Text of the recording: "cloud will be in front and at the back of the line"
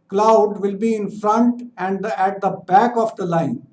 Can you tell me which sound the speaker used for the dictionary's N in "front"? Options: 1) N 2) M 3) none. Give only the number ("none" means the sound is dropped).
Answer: 1